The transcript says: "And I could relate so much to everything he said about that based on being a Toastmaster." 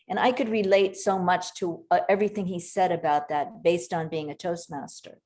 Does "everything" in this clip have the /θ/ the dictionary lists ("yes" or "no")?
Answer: yes